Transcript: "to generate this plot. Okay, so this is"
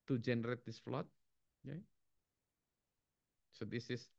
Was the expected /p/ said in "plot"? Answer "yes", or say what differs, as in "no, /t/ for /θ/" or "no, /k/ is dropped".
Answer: no, /f/ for /p/